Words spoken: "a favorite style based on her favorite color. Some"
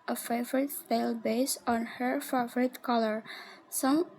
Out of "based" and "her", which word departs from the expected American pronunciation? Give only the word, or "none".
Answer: based